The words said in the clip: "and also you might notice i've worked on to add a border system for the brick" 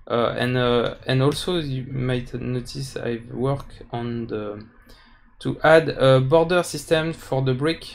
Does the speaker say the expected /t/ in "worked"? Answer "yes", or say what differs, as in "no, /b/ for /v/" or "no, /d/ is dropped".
no, /t/ is dropped